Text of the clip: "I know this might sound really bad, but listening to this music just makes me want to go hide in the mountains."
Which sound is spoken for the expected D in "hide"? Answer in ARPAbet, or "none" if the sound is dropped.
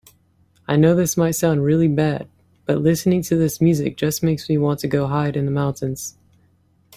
D